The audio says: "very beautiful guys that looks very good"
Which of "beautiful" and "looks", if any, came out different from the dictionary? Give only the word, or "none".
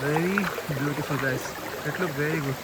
looks